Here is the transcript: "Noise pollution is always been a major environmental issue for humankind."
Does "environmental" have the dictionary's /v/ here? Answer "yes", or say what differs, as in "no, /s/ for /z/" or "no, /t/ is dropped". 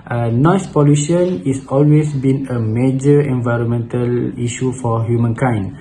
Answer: yes